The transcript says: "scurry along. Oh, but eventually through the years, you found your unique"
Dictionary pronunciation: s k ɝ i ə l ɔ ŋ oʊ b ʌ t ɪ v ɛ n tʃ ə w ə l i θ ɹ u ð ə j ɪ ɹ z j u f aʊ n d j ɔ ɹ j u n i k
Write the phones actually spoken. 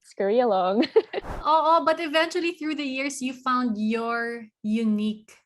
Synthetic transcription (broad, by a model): s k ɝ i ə l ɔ ŋ oʊ b ʌ t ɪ v ɛ n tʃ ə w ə l i θ ɹ u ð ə j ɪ ɹ s j u f aʊ n d j ɔ ɹ j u n i k